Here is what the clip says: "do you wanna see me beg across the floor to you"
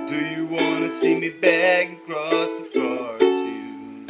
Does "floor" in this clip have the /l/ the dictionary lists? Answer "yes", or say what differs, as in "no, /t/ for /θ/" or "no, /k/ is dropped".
no, /l/ is dropped